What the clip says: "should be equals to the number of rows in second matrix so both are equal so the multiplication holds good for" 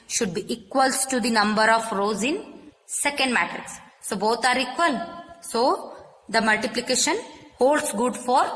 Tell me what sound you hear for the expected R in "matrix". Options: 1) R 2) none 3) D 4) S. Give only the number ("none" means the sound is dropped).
2